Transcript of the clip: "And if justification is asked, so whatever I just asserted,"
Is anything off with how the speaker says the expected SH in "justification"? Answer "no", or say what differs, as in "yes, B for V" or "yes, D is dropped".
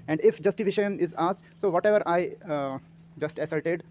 yes, SH is dropped